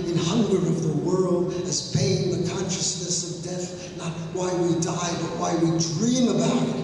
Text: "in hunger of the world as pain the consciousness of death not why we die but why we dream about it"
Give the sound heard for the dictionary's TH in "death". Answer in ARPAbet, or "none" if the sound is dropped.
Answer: TH